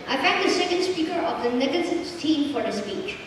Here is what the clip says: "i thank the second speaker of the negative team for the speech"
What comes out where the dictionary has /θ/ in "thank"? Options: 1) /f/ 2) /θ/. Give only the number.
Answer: 1